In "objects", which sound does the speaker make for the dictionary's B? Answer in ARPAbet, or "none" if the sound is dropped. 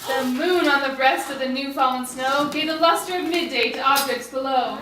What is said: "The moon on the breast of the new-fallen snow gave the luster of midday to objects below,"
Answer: none